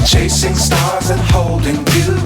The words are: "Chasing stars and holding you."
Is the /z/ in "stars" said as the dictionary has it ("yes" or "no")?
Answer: yes